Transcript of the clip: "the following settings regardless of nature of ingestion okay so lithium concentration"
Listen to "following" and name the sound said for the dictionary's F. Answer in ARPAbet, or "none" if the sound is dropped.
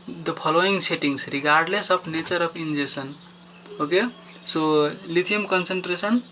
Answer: P